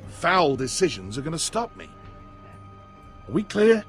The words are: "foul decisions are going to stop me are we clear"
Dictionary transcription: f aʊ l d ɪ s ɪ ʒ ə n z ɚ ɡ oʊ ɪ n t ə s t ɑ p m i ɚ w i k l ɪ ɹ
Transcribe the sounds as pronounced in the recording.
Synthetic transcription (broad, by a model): f aʊ l d ɪ s ɪ ʒ ə n z ɚ ɡ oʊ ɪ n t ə s t ɑ p m i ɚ w i k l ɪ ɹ